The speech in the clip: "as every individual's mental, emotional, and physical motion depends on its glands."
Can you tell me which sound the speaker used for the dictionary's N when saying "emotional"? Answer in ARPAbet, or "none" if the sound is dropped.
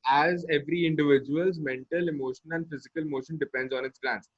none